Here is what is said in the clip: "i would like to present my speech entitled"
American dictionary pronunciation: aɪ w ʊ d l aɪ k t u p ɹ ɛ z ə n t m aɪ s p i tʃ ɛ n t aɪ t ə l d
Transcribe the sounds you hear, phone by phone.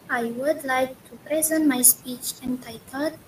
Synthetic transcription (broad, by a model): aɪ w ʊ d l aɪ k t u p ɹ ɛ z ə n t m aɪ s p i tʃ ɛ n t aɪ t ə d